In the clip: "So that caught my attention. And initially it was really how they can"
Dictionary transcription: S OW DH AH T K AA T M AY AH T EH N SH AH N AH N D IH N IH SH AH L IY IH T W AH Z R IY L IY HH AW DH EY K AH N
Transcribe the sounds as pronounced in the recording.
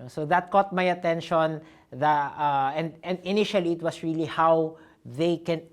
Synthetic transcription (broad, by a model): S OW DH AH T K AA T M AY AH T EH N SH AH N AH N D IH N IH SH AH L IY IH T W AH S R IY L IY HH AW DH EY K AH N